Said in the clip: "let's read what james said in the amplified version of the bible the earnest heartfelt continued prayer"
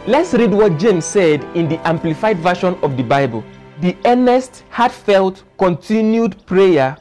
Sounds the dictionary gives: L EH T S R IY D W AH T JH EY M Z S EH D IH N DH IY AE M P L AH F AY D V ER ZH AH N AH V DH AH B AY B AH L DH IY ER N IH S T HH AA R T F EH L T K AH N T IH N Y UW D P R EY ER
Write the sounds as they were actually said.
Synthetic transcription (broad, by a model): L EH T S R IY D W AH T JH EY M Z S EH D IH N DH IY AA M P L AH F AY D V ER SH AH N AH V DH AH B AY B AH L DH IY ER N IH S T HH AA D F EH L T K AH N T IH N Y UW D P R EY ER